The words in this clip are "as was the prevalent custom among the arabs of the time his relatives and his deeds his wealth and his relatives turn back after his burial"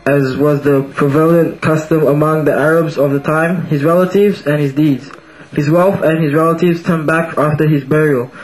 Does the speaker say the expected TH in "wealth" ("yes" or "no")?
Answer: no